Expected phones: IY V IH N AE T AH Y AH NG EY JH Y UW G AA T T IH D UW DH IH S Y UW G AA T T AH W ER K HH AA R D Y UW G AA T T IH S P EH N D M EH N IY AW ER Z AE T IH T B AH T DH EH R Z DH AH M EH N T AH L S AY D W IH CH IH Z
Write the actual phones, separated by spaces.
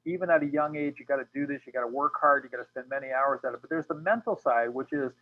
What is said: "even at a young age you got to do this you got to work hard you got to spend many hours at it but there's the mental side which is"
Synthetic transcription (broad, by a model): IY V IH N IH T AH Y AH NG EY JH Y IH G AA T T IH D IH DH IH S Y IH G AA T T AH W ER K HH AA R D Y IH G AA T T IH S P EH N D M EH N IY AW ER Z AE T IH T B AH T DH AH R Z DH AH M EH N T L S AY D W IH CH IH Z